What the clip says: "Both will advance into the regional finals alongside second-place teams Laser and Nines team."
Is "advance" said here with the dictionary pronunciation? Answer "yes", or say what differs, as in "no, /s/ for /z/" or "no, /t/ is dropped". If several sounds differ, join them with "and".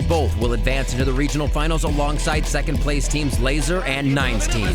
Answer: yes